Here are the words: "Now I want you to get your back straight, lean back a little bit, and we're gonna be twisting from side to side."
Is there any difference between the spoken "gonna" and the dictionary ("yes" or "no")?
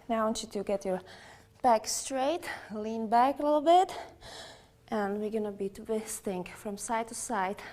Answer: no